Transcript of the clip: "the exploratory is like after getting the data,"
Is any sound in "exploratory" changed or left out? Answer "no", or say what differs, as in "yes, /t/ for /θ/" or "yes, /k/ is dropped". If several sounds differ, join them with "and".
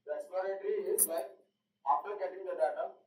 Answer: yes, /l/ is dropped